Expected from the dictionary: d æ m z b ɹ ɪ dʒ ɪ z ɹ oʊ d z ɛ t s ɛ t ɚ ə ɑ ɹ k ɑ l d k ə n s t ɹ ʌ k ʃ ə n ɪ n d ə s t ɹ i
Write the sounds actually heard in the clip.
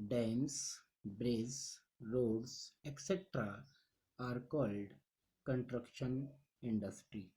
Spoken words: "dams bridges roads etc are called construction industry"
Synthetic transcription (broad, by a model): d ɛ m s b ɹ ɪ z ɹ oʊ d s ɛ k s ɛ t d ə ɑ ɹ k ɑ l d k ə n t ɹ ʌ k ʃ ə n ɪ n d ə s t ɹ i